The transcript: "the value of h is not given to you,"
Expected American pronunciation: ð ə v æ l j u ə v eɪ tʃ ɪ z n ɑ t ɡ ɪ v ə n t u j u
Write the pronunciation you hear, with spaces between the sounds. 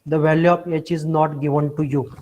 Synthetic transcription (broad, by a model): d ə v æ l j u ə p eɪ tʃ ɪ z n ɑ t ɡ ɪ v ə n t u j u